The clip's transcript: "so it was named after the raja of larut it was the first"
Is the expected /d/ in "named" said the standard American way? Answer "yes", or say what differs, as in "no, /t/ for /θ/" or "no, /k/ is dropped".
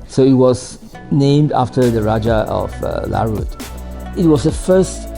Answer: yes